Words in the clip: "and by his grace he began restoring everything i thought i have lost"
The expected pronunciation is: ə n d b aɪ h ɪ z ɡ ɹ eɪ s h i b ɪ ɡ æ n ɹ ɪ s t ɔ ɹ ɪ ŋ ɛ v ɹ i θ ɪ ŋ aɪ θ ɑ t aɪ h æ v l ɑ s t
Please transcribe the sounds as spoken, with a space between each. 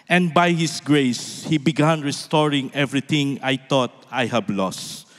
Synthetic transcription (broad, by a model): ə n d b aɪ h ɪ s ɡ ɹ eɪ s h i b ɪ ɡ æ n ɹ ɪ s t ɔ ɹ ɪ ŋ ɛ v ɹ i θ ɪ ŋ aɪ t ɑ t aɪ h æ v l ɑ s t